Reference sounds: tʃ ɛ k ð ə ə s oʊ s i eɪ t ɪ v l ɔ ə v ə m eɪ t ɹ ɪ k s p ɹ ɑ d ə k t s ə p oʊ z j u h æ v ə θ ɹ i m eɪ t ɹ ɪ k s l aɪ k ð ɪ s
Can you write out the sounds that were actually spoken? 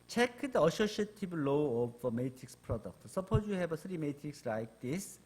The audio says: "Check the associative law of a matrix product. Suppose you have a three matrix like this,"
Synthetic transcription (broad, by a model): tʃ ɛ k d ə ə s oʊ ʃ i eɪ t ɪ b l ɔ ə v ə m eɪ t ɹ ɪ k s p ɹ ɑ d ə k t s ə p oʊ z j u h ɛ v ə s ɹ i m eɪ t ɹ ɪ k s l aɪ k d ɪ s